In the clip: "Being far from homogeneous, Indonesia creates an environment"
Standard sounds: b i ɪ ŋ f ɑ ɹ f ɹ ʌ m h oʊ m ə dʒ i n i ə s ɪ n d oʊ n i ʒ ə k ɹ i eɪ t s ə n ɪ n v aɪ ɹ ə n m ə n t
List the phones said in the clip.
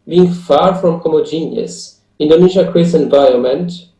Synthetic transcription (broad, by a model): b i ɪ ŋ f ɑ ɹ f ɹ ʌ m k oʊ m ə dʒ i n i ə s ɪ n d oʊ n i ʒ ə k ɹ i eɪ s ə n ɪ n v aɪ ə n m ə n t